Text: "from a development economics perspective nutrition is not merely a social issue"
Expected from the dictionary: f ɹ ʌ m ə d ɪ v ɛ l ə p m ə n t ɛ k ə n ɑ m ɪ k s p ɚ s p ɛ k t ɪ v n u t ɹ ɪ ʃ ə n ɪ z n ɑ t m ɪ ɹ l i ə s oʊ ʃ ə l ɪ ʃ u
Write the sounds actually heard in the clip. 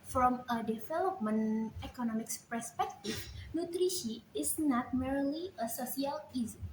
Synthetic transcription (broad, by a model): f ɹ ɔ m ə d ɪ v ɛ l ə p m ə n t ɛ k ə n ɑ m ɪ k s p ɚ s p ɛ k t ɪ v n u t ɹ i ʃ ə ɪ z n ɑ t m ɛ ɹ l i ə s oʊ s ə l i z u